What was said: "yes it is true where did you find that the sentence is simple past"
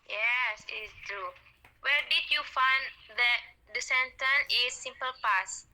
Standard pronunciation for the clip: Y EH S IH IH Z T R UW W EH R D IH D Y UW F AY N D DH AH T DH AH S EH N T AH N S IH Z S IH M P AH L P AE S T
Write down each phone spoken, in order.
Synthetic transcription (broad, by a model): Y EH S IH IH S T R UW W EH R D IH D Y UW F AY N D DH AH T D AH S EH N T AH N IH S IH M P AH L P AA S